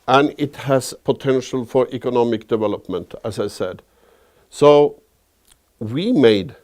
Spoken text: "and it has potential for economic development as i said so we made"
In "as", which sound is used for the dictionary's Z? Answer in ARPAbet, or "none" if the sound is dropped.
S